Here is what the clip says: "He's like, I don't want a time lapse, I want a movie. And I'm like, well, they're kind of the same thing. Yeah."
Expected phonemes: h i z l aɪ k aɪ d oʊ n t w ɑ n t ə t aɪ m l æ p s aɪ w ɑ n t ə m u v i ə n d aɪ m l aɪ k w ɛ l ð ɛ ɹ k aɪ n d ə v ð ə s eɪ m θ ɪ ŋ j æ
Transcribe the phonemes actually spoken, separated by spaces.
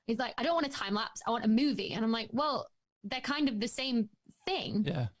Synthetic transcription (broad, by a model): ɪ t l aɪ k aɪ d oʊ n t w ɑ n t ə t aɪ m l æ p s aɪ w ɑ n t ə m u v i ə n aɪ m l aɪ k w ɛ l ð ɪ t k aɪ n d ə v ð ə s eɪ m θ ɪ ŋ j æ